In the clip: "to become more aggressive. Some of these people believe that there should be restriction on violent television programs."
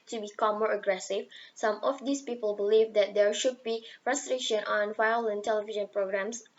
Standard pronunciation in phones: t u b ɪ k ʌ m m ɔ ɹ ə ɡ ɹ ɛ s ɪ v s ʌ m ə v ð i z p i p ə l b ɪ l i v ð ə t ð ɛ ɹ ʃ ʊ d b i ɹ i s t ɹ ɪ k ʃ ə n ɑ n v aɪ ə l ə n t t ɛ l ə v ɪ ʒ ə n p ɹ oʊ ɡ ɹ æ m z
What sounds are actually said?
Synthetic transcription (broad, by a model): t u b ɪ k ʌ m m ɔ ɹ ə ɡ ɹ ɛ s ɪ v s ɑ m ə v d i s p i p ə l b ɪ l i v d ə t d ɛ ɹ ʃ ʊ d b i ɹ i s t ɹ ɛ ʃ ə n ɑ n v aɪ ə l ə n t t ɛ l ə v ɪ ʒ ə n p ɹ oʊ ɡ ɹ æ m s